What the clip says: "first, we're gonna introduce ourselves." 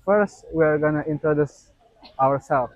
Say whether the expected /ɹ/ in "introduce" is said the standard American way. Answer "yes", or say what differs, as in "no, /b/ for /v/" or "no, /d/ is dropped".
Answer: yes